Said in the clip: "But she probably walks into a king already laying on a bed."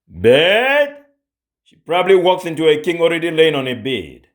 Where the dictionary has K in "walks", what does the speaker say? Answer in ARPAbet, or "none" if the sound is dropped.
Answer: K